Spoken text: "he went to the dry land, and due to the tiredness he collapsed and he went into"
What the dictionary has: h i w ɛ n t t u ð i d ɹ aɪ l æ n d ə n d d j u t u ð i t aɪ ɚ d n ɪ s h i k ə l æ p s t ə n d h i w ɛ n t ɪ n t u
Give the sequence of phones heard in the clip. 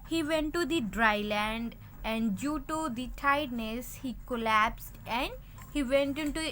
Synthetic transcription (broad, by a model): h i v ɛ n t t u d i d ɹ aɪ l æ n d ə n d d j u t u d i t aɪ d n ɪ s h i k ə l æ p s t ə n d h i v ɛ n t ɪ n t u